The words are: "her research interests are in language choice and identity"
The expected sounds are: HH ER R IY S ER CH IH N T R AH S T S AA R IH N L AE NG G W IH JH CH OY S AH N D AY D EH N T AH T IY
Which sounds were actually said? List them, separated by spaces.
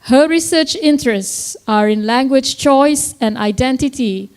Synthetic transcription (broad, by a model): HH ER R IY S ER CH IH N T R AH S T S AA R IH N L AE NG G W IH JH CH OY S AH N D AY D EH N T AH T IY